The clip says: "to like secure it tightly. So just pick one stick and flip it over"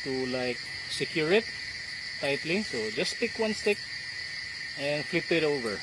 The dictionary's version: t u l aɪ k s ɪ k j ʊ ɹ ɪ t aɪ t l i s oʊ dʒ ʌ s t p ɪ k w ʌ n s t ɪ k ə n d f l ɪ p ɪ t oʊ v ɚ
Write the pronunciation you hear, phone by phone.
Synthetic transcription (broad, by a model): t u l aɪ k s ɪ k j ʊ ɹ ɪ t aɪ t l i s oʊ dʒ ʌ s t p ɪ k w ʌ n s t ɪ k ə n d f l ɪ p ɪ t oʊ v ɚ